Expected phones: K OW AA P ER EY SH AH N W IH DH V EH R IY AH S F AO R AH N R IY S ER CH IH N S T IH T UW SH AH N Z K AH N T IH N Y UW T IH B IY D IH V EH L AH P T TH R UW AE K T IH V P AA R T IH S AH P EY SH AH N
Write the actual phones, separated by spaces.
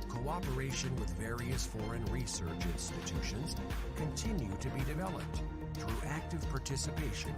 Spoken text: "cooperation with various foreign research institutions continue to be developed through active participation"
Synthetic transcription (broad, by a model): K OW AA P ER EY SH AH N W IH DH V EH R IY AH S F AO R AH N R IY S ER CH IH N S T IH T UW SH AH N Z K AH N T IH N Y UW T IH B IY D IH V EH L AH P T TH R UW AE K T IH V P AA R T IH S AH P EY SH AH N